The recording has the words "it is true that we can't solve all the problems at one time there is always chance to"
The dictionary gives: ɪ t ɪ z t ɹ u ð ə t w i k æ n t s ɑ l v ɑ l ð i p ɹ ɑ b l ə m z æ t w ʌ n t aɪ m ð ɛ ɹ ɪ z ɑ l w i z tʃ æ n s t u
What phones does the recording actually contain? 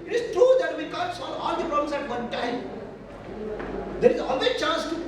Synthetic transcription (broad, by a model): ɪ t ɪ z t ɹ u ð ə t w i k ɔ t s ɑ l ɑ l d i p ɹ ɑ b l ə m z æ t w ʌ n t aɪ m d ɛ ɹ ɪ z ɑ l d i tʃ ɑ n s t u